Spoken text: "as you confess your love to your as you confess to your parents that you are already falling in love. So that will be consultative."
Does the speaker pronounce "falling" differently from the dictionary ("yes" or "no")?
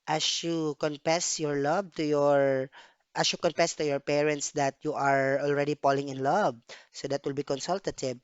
yes